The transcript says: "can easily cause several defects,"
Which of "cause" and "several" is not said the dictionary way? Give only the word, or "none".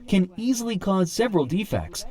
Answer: none